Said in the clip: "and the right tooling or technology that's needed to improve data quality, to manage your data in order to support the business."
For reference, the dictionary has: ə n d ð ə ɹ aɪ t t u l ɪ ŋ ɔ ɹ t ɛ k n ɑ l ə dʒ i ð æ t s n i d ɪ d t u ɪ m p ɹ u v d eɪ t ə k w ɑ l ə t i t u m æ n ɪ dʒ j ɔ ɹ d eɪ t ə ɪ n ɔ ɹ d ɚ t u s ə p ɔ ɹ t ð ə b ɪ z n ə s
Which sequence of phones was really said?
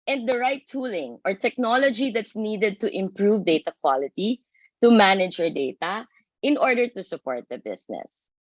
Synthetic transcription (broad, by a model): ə n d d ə ɹ aɪ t t u l ɪ ŋ ɔ ɹ t ɛ k n ɑ l ə dʒ i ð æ t s n i d ɪ d t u ɪ m p ɹ u v d eɪ t ə k w ɑ l ə t i t u m æ n ɪ dʒ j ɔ ɹ d eɪ t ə ɪ n ɔ ɹ d ɚ t u s ə p ɔ ɹ t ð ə b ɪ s n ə s